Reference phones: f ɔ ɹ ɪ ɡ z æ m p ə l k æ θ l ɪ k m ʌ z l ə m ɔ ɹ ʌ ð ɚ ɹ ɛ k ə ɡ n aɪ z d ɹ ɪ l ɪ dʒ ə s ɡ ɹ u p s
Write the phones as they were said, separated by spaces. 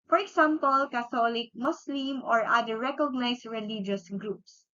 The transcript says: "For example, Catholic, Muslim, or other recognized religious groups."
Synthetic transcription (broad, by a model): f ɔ ɹ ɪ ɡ s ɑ m p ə l k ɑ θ l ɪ k m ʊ s l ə m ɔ ɹ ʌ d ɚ ɹ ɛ k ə ɡ n aɪ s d ɹ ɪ l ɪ dʒ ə s ɡ ɹ u p s